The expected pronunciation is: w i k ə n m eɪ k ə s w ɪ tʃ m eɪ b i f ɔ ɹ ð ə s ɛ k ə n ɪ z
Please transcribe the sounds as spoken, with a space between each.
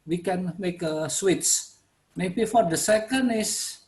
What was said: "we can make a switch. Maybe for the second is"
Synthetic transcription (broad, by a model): w i k ə n m eɪ k ə s w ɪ s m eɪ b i f ɔ ɹ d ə s ɛ k ə n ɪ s